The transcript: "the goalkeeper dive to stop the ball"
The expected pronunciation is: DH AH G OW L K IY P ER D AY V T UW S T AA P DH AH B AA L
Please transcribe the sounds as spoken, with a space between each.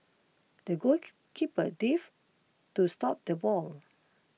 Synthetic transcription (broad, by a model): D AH G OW K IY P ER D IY F T UW S T AA P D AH B AA L